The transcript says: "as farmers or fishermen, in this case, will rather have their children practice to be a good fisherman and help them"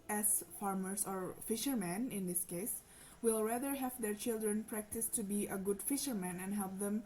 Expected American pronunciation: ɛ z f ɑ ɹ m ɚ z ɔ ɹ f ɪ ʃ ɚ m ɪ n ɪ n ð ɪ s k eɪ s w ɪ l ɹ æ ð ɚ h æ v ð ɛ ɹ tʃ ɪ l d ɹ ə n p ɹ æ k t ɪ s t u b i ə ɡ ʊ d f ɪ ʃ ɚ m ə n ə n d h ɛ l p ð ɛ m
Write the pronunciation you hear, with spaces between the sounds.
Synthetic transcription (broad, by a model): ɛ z f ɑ ɹ m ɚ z ɔ ɹ f ɪ ʃ ɚ m ɪ n ɪ n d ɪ s k eɪ s w ɪ l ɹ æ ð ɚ h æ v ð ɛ ɹ tʃ ɪ l d ɹ ə n p ɹ æ k t ɪ s t u b i ə ɡ ʊ d f ɪ ʃ ɚ m ə n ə n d h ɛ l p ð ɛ m